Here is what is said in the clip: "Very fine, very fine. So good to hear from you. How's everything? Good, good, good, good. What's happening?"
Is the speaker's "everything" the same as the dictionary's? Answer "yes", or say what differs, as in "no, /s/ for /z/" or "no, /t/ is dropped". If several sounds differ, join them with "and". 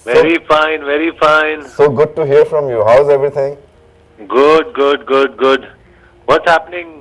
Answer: no, /t/ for /θ/